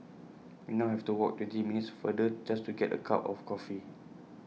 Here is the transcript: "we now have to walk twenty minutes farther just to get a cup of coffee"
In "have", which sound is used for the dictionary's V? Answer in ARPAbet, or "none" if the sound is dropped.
F